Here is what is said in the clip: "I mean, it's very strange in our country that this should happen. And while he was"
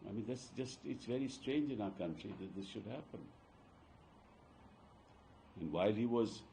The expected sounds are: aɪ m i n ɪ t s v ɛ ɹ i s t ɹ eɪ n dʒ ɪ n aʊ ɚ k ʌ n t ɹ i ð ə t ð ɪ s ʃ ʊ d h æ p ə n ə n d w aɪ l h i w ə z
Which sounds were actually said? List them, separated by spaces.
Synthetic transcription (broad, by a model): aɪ m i n ɪ t s v ɛ ɹ i s t ɹ eɪ n dʒ ɪ n aʊ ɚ k ʌ n t ɹ i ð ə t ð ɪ s ʃ ʊ d h æ p ə n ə n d w aɪ l h i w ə z